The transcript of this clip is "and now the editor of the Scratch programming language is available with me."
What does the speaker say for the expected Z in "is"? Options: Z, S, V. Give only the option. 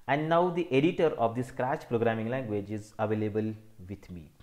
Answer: Z